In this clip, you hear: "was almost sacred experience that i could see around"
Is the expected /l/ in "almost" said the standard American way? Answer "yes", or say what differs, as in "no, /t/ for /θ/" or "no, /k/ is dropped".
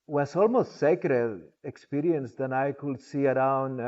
yes